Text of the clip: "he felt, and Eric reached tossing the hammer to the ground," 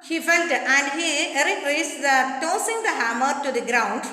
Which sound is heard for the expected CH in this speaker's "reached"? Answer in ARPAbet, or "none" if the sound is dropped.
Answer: S